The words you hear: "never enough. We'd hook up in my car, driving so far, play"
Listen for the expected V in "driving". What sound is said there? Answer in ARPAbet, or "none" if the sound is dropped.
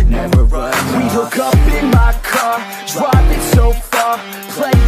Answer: P